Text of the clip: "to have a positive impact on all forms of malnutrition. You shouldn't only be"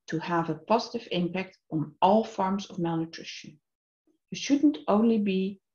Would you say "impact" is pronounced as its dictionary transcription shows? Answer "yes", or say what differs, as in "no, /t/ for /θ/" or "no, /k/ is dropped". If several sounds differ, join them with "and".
yes